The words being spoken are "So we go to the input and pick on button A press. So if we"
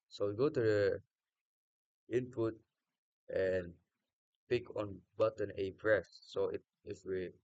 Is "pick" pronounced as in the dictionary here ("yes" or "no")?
yes